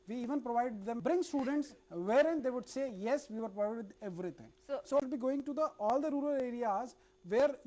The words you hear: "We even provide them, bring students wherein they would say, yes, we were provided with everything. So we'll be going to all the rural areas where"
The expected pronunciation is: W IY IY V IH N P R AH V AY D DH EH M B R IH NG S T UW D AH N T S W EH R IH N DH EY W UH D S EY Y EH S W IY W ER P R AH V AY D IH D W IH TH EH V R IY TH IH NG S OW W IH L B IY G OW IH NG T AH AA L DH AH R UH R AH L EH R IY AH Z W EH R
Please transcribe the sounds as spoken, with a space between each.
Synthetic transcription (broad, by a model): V IY IY V IH N P R AH V AY D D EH M B R IH NG S T UW D AH N T S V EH R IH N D EY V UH D S EY Y EH S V IY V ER P R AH IH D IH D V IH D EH V R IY T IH NG S OW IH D B IY G OW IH NG T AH AA L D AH R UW R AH L EH R IY AH Z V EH R